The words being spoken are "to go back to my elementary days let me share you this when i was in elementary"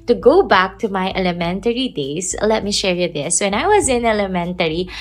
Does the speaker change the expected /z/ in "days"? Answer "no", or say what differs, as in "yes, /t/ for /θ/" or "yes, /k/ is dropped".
yes, /s/ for /z/